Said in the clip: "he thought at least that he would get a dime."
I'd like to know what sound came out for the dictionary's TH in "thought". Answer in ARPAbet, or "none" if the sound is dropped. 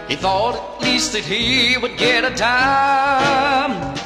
TH